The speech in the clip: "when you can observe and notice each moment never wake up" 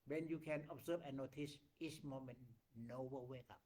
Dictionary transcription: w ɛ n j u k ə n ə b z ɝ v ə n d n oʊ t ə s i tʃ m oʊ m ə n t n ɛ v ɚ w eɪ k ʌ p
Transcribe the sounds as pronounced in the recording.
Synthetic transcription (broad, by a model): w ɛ n j u k ə n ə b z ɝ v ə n n oʊ t ə s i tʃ m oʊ m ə n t n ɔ w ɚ w eɪ k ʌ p